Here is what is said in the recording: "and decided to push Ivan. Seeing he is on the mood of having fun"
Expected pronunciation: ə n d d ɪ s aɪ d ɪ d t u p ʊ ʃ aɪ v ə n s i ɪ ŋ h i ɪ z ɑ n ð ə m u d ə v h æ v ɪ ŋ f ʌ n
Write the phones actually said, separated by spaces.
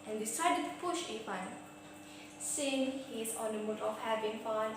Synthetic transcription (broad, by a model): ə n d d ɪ s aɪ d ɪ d t u p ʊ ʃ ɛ f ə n s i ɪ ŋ h i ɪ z ɑ n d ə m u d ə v h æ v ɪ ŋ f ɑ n